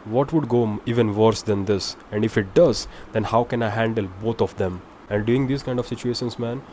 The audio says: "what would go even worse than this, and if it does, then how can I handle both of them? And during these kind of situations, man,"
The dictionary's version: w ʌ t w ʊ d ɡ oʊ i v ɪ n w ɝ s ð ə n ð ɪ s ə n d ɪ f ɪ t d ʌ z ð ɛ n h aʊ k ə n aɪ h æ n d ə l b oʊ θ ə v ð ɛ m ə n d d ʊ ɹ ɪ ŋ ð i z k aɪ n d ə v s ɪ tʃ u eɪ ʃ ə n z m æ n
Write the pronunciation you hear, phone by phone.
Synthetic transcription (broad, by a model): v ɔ t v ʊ d ɡ oʊ i v ɪ n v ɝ s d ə n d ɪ s ə n d ɪ f ɪ t d ʌ z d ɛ n h aʊ k ə n aɪ h æ n d ə l b oʊ t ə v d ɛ m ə n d d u ɪ ŋ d i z k aɪ n d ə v s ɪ tʃ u eɪ ʃ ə n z m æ n